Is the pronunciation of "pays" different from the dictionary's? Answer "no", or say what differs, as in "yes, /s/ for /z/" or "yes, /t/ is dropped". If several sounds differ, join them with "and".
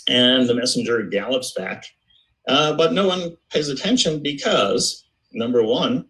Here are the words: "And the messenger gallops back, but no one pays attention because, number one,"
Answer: no